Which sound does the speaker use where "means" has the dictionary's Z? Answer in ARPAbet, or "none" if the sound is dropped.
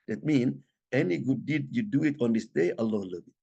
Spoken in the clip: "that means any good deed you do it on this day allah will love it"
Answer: none